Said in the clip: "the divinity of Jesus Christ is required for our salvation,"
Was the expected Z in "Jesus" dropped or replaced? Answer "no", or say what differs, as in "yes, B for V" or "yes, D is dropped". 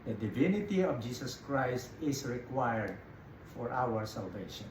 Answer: yes, S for Z